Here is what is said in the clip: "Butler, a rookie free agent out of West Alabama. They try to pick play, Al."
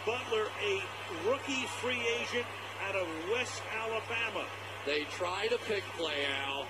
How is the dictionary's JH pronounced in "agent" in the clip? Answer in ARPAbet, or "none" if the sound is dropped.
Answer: ZH